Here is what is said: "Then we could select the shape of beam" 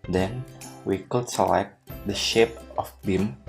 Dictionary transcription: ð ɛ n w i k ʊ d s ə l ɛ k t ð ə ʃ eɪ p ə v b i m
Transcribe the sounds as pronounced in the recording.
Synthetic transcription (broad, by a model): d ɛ n w i k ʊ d s ə l ɛ k t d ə ʃ eɪ p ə f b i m